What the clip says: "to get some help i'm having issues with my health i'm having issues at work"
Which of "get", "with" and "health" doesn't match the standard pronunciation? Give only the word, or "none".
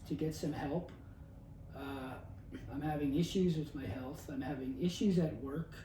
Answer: none